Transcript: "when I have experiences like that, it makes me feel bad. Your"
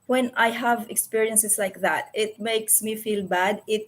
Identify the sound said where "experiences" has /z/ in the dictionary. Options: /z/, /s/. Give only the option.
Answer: /s/